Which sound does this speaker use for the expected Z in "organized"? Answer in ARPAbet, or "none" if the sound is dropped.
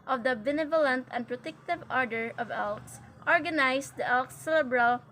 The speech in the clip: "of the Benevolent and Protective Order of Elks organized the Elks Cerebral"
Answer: S